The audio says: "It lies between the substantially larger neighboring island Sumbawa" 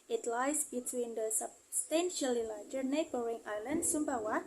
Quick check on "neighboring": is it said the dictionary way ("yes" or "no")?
yes